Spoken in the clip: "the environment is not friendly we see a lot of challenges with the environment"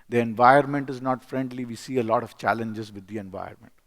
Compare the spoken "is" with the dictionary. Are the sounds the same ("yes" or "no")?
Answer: yes